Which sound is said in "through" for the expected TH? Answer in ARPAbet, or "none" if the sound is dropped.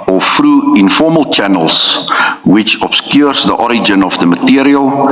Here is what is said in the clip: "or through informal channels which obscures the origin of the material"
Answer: F